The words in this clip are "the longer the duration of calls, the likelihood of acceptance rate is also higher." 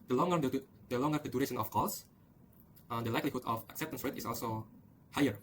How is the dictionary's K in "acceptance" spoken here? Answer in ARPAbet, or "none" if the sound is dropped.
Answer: K